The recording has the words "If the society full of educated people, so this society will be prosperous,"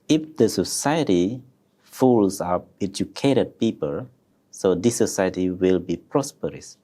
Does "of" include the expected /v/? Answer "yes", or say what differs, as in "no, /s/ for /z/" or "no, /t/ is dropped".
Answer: no, /p/ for /v/